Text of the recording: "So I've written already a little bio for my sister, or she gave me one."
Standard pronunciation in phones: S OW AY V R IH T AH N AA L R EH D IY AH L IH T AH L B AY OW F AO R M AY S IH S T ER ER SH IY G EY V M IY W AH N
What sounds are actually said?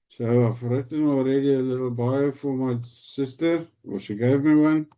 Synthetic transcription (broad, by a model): S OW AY F R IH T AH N AA L R EH D IY AH L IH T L B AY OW F AO R M AY S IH S T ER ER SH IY G EY V M IY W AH N